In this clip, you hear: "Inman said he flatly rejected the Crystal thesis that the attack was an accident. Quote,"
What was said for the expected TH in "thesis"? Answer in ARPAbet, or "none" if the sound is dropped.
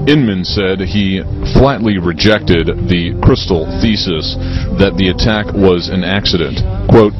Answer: TH